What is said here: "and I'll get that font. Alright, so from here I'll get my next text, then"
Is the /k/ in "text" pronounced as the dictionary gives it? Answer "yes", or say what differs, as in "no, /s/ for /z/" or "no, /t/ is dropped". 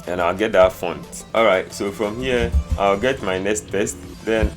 no, /k/ is dropped